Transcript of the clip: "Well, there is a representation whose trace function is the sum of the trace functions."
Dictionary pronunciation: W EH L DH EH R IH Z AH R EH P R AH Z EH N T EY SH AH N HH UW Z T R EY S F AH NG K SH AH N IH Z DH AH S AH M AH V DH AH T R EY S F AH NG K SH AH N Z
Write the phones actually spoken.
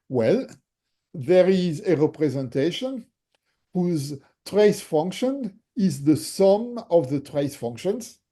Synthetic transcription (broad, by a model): W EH L DH EH R IH Z AH R EH P R AH Z EH N T EY SH AH N HH UW Z T R EY S F AH NG K SH AH N IH Z DH AH S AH M AH V DH AH T R EY S F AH NG K SH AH N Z